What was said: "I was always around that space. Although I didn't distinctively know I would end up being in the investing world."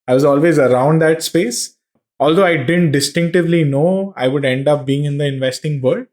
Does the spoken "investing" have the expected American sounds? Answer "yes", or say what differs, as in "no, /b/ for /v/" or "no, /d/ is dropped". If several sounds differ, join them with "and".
yes